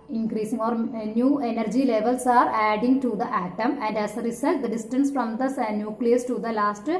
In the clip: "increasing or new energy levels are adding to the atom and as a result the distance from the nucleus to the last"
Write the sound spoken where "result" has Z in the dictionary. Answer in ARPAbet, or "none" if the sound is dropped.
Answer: S